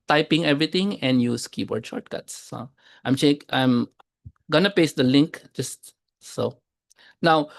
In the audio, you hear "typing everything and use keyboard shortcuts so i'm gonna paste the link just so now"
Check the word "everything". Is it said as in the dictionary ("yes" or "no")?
no